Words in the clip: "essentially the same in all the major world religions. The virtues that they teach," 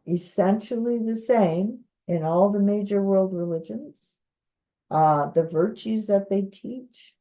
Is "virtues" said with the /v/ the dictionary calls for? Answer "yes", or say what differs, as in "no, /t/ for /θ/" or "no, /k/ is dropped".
yes